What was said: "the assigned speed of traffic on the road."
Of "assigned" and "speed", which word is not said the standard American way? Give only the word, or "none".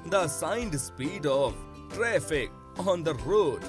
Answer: none